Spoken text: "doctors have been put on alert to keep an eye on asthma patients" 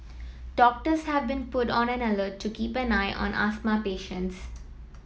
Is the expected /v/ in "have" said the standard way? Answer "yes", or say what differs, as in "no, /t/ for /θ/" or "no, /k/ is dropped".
yes